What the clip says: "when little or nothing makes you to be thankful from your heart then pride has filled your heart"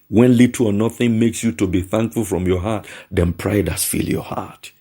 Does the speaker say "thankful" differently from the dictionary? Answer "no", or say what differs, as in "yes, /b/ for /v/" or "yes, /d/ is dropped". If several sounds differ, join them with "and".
no